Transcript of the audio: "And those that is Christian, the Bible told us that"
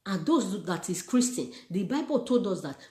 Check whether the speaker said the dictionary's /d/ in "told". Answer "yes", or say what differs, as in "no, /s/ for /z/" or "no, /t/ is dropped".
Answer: yes